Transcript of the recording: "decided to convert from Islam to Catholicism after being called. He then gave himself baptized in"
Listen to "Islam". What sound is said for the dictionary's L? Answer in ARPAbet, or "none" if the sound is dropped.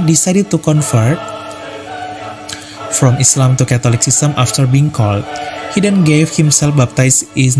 L